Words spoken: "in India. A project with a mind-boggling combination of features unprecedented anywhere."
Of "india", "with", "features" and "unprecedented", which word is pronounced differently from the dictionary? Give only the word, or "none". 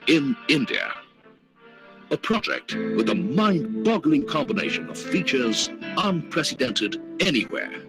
none